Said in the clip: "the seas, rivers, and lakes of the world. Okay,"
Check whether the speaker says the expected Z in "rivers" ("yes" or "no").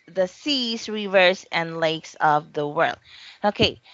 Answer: no